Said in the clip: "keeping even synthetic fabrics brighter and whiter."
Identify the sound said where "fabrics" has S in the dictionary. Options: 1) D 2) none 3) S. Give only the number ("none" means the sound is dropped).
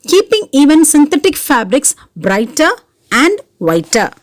3